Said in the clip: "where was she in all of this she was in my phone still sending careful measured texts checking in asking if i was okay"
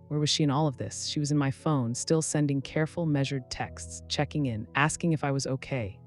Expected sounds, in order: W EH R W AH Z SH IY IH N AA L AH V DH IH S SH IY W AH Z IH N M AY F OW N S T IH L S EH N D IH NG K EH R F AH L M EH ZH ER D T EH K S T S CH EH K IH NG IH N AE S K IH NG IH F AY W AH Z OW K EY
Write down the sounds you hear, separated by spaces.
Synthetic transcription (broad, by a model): W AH R W AH Z SH IY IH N AA L AH V DH IH S SH IY W AH Z IH N M AY F OW N S T IH L S EH N D IH NG K EH R F L M EH ZH ER D T EH K S T S CH EH K IH NG IH N AE S K IH NG IH F AY W AH Z OW K EY